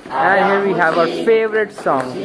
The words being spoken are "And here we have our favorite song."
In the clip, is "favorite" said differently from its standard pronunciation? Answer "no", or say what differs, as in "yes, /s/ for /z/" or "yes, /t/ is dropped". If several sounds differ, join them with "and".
no